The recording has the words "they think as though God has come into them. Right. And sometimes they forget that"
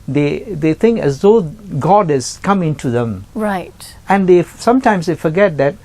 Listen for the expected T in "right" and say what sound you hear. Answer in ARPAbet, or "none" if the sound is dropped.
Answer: T